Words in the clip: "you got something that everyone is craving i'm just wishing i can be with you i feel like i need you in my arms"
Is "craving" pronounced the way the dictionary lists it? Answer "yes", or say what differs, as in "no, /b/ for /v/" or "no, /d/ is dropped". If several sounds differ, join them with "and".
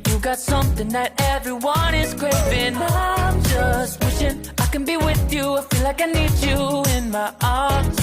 no, /v/ is dropped